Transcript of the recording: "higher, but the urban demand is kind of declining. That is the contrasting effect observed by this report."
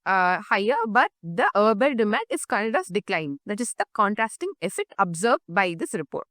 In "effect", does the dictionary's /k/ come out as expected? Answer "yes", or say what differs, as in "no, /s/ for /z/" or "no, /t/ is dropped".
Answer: no, /k/ is dropped